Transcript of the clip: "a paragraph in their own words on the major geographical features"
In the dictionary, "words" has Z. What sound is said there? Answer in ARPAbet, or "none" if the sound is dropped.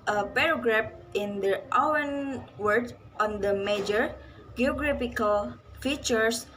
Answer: none